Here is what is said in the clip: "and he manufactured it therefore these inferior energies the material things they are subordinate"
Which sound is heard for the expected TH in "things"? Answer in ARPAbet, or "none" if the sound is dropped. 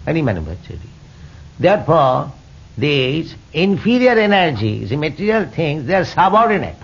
T